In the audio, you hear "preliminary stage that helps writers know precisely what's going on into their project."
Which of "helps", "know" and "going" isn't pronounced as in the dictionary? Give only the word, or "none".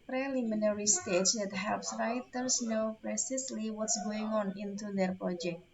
none